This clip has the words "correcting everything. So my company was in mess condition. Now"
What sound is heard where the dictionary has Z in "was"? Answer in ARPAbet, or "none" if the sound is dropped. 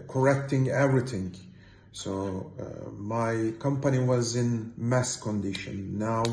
Z